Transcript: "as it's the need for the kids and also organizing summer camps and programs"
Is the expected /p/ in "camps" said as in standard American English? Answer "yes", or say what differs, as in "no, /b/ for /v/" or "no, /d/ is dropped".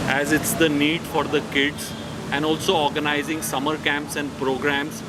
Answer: yes